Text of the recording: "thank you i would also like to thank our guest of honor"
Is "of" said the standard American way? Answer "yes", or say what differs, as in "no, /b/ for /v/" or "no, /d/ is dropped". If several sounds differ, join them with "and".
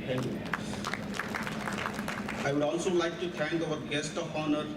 no, /p/ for /v/